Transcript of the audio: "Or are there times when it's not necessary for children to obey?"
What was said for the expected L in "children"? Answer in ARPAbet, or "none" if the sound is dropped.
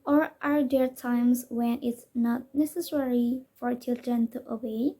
L